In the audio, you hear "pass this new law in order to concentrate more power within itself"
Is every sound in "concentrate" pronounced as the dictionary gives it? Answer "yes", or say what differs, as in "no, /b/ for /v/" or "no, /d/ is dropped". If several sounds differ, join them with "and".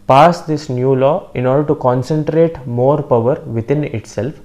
yes